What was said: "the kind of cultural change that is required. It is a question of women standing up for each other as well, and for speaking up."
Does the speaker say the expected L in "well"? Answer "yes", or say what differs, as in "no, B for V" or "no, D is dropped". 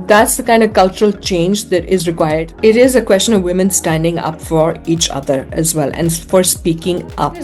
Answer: yes